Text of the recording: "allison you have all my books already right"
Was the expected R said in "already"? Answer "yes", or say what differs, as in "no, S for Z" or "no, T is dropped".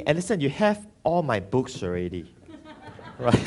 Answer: yes